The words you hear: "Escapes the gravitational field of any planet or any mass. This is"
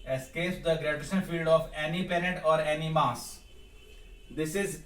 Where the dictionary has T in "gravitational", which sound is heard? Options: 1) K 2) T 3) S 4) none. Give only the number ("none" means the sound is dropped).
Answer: 3